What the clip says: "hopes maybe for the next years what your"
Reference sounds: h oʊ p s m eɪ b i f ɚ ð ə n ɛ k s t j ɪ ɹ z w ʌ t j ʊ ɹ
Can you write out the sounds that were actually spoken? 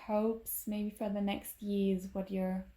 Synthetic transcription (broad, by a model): h oʊ p s m eɪ b i f ɚ ð ə n ɛ k s t j ɪ ɹ z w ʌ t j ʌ ɹ